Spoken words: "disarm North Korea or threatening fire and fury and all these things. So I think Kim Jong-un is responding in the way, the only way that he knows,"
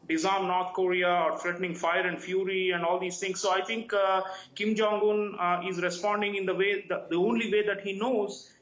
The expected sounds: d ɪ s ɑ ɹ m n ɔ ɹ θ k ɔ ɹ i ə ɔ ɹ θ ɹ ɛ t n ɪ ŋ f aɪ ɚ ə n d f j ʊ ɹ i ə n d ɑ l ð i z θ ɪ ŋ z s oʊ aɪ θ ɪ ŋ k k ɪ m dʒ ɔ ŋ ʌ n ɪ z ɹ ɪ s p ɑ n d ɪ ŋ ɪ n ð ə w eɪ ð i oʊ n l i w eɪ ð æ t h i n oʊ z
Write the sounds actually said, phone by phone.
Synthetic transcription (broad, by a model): d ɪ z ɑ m n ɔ ɹ t k ɔ ɹ i ə ɔ ɹ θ ɹ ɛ t n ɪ ŋ f aɪ ɚ ə n d f j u ɹ i ə n d ɑ l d i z t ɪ ŋ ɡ s oʊ aɪ t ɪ ŋ k k ɪ m dʒ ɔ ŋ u n ɪ z ɹ ɪ s p ɑ n d ɪ ŋ ɪ n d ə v eɪ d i oʊ n l i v eɪ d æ t h i n oʊ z